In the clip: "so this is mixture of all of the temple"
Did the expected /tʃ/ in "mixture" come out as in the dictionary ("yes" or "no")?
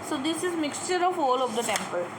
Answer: yes